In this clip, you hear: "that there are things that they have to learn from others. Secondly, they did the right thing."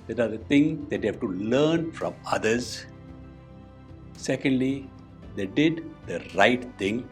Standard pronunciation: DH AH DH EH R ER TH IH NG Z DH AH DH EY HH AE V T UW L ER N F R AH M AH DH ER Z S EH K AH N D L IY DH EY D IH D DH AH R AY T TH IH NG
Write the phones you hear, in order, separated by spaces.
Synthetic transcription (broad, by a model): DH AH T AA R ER T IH NG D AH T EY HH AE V T UW L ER N F R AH M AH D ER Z S EH K AH N D L IY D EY D IH D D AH R AY T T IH NG